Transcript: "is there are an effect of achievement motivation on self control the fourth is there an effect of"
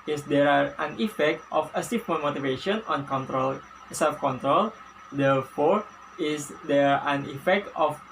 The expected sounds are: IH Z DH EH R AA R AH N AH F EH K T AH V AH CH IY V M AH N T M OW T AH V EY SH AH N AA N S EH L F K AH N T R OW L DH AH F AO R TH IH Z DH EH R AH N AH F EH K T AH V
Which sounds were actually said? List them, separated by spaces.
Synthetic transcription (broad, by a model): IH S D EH R AA R AH N AH F EH K T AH F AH S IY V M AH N M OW T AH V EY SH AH N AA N S EH L F K AH N T R OW L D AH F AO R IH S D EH R AH N AH F EH K T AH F